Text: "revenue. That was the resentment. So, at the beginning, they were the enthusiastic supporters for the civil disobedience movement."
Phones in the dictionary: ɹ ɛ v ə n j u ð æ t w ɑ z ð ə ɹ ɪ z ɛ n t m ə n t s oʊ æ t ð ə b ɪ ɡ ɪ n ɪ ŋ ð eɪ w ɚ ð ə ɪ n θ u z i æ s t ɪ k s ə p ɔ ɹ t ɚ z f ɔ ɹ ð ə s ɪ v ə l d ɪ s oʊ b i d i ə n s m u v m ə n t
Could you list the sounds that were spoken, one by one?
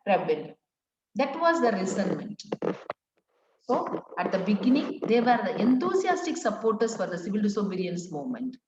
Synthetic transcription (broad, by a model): ɹ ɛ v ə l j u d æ t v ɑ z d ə ɹ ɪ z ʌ n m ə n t s oʊ æ t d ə b ɪ ɡ ɪ n ɪ ŋ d eɪ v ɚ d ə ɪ n t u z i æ s t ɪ k s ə p ɔ ɹ t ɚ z f ɔ ɹ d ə s ɪ v ə l d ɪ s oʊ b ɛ d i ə n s m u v m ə n t